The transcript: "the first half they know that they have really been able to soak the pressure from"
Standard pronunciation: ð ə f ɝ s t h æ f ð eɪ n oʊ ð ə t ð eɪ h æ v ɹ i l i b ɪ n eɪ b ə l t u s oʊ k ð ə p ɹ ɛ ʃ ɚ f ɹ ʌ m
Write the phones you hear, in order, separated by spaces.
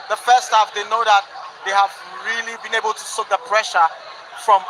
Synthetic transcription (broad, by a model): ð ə f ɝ s t h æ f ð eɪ n oʊ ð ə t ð eɪ h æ v ɹ i l i b ɪ n eɪ b ə l t u s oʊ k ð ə p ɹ ɛ ʃ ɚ f ɹ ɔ m